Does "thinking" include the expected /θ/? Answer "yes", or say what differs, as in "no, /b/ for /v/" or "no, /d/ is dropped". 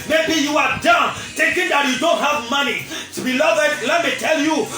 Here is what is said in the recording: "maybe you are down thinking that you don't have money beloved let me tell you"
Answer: no, /t/ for /θ/